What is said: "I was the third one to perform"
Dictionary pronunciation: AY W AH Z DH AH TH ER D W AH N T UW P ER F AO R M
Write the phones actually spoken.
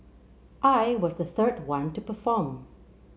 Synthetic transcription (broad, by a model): AY W AH Z DH AH TH ER D W AH N T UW P ER F AO R M